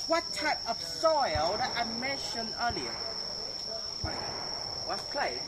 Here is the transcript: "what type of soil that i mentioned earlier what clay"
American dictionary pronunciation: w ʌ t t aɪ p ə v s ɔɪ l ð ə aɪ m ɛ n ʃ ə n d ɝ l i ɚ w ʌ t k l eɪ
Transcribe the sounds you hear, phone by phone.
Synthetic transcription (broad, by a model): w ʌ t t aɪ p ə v s ɔɪ l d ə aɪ m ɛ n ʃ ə n ɝ l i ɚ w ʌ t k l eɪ